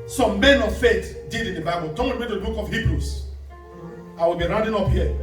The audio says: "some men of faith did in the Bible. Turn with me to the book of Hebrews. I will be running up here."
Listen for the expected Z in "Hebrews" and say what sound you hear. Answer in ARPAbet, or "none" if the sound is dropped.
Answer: S